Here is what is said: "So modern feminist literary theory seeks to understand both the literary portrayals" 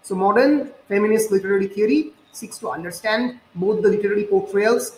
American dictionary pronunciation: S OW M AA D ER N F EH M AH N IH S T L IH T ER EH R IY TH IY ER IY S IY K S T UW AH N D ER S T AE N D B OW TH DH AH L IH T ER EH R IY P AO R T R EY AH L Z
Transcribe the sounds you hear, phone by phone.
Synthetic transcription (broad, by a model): S OW M AA D ER N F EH M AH N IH S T L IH T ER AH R IY T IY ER IY S IY K S T UW AH N D ER S T AE N D B OW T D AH L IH T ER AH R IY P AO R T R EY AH L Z